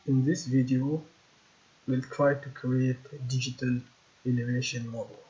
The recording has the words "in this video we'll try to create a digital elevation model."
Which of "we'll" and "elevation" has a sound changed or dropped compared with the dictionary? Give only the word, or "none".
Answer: elevation